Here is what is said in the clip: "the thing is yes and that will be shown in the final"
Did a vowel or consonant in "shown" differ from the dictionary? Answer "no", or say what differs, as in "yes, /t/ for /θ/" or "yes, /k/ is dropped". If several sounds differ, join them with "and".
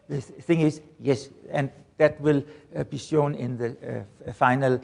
no